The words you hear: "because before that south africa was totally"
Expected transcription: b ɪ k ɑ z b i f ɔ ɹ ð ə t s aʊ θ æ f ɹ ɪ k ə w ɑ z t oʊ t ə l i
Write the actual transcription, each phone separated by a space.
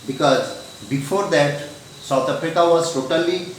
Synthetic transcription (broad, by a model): b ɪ k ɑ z b i f ɔ ɹ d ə t s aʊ t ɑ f ɹ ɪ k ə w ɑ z t oʊ t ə l i